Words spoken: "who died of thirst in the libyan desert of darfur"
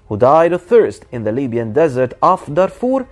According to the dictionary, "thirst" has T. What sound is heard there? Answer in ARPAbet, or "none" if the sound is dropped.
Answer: T